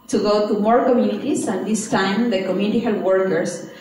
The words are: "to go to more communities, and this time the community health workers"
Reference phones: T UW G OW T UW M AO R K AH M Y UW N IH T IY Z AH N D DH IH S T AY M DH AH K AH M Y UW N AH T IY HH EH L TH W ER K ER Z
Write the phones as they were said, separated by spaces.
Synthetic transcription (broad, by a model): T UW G OW T UW M AO R K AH M Y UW N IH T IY S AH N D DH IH S T AY M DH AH K AH M Y UW N AH T IY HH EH L W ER K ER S